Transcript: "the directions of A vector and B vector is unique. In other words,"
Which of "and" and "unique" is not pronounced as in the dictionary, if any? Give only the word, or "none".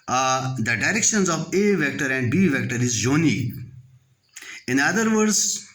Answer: unique